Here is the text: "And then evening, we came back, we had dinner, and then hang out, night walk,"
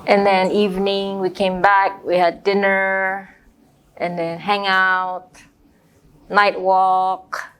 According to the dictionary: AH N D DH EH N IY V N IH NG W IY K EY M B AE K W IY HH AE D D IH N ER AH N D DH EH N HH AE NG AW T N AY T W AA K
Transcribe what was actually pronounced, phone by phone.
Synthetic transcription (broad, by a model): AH N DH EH N IY V N IH NG W IY K EY M B AE K W IY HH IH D D IH N ER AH N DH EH N HH AE NG AW T N AY T W AA K